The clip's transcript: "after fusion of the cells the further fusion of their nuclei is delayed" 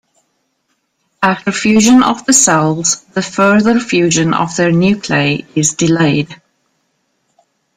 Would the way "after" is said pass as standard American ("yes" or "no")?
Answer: no